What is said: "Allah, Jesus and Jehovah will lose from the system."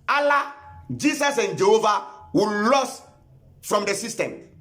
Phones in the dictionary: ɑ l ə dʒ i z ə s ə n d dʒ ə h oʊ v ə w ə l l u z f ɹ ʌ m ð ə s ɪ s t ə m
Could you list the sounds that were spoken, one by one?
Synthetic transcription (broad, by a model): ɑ l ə dʒ i s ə s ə n dʒ ə h oʊ v ə w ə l l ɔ s f ɹ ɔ m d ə s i s t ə m